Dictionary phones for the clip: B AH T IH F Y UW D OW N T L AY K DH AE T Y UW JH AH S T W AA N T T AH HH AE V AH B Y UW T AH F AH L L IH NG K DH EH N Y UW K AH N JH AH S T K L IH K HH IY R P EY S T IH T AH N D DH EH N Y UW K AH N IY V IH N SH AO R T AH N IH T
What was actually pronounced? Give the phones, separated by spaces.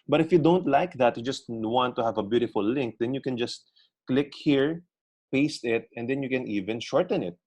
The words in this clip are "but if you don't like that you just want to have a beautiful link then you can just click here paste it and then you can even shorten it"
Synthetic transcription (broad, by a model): B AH T IH F Y UW D OW N T L AY K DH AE T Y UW JH AH S T W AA N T T AH HH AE V AH B Y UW T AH F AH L L IH NG K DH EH N Y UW K AH N JH AH S T K L IH K HH IY R P EY S T IH T AH N D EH N Y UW K AH N IY V IH N SH AO R T AH N IH T